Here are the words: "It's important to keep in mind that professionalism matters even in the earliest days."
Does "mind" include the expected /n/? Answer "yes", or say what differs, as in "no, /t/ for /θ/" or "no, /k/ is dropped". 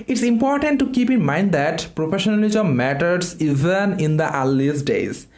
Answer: yes